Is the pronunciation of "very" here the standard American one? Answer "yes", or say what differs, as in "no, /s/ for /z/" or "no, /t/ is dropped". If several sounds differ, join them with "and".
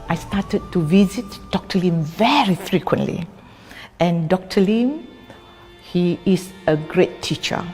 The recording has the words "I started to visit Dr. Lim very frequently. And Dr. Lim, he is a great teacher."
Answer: yes